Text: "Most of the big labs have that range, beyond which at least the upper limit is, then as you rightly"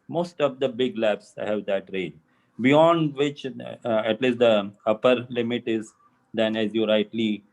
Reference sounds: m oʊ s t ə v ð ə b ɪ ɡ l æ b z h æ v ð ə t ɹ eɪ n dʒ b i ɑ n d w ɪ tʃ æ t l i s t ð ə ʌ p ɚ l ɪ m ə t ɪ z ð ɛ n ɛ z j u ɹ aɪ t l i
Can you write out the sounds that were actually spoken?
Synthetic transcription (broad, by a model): m oʊ s t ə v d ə b ɪ ɡ l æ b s h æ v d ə t ɹ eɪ dʒ b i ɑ n d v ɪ tʃ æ t l i s t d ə ʌ p ɚ l ɪ m ə t ɪ z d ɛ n ɛ z j u ɹ aɪ t l i